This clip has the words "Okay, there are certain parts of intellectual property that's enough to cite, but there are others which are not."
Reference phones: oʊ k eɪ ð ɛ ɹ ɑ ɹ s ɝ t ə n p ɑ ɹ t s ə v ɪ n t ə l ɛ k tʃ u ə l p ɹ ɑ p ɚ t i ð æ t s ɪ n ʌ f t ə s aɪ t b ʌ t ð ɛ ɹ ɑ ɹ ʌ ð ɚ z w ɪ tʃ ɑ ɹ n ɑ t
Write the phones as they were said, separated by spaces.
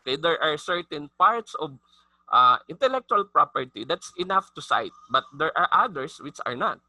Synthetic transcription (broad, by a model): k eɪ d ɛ ɹ ɑ ɹ s ɝ t ə n p ɑ ɹ t s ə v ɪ n t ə l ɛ k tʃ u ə l p ɹ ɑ p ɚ t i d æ t s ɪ n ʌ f t ə s aɪ t b ʌ t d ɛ ɹ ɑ ɹ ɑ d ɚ s w ɪ tʃ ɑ ɹ n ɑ t